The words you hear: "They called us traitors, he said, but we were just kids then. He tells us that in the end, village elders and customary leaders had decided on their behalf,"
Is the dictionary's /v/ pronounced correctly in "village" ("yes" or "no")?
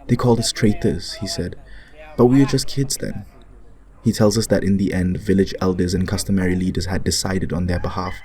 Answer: yes